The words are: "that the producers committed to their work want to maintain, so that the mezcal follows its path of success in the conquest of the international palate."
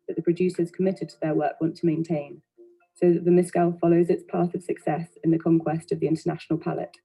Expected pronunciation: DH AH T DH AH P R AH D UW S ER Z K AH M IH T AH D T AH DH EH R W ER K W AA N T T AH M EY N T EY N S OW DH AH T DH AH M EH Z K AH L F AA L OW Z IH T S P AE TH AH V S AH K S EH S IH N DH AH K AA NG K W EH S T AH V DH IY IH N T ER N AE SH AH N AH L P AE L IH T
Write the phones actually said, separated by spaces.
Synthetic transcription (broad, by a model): DH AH T DH AH P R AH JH UW S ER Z K AH M IH T AH D T AH DH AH W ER K W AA N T T AH M EY N T EY N S OW DH AH T DH AH M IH S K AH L F AA L OW Z IH T S P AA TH AH V S AH K S EH S IH N DH AH K AA NG K W EH S T AH V DH IY IH N T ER N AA SH AH N AH L P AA L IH T